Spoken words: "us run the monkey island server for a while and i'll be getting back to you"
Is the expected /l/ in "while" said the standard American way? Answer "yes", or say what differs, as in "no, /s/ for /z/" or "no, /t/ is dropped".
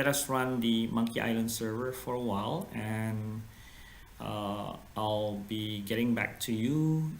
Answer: yes